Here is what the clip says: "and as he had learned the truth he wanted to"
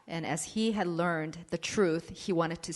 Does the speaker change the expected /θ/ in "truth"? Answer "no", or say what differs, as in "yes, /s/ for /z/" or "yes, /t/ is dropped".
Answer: no